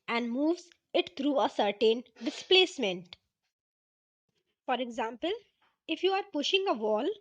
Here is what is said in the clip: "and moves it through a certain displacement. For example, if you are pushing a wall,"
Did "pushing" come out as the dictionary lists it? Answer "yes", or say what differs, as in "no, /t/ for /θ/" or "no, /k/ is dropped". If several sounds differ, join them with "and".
yes